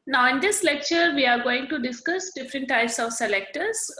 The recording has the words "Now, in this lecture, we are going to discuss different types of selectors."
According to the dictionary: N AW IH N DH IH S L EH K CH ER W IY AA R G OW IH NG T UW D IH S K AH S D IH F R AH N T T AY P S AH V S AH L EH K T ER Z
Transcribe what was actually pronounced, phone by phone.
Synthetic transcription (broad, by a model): N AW IH N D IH S L EH K CH ER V IY AA R G OW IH NG T UW D IH S K AH S D IH F R AH N T T AY P S AH V S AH L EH K T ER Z